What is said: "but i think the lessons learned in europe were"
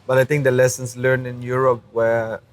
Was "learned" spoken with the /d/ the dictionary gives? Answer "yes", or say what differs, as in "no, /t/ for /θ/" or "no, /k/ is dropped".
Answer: no, /d/ is dropped